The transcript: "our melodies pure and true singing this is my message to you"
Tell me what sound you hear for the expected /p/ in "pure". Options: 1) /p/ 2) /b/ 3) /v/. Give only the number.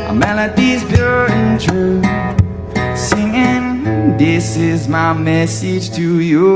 2